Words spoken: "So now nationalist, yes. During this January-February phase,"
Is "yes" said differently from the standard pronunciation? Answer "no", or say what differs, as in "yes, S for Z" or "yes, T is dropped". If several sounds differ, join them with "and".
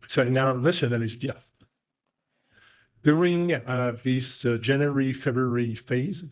yes, TH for S